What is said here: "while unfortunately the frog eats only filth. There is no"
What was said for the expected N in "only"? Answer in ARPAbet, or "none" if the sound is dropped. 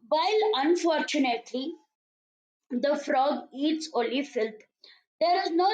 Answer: none